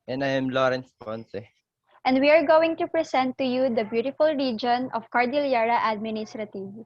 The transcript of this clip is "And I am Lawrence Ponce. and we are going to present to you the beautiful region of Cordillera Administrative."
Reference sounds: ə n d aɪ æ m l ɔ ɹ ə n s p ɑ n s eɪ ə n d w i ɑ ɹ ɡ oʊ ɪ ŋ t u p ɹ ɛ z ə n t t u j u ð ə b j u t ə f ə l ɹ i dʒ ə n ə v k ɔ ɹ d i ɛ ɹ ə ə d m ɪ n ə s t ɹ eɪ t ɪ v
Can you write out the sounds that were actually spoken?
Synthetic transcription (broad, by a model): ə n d aɪ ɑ m l ɔ ɹ ə n s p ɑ n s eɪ ə n d w i ɑ ɹ ɡ oʊ ɪ ŋ t u p ɹ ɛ s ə n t t u j u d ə b j u t ə f ə l ɹ i dʒ ə n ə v k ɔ ɹ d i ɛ ɹ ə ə d m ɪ n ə s t ɹ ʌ t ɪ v